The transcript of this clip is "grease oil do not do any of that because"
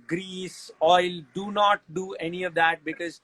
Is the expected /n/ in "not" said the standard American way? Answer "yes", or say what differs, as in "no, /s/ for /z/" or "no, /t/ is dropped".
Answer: yes